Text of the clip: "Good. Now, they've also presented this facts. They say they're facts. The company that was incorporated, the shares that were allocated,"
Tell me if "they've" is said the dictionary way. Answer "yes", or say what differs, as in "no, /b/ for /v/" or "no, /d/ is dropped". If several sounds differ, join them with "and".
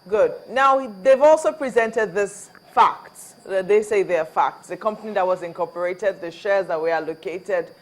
yes